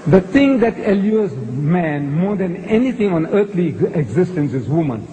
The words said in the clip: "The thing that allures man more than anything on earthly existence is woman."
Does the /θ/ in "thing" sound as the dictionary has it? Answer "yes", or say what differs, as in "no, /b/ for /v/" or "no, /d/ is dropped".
no, /t/ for /θ/